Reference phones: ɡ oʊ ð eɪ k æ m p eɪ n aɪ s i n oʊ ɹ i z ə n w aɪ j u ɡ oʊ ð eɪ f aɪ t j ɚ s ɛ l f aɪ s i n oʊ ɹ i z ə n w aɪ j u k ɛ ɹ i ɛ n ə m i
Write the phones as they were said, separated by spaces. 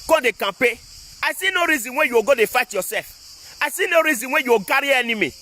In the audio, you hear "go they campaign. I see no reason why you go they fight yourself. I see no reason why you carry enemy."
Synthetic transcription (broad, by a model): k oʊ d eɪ k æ p eɪ aɪ s i n oʊ ɹ i z ə n w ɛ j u ɡ oʊ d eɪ f aɪ t j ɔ s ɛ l f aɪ s i n oʊ ɹ i z ə n w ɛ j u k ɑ ɹ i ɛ n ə m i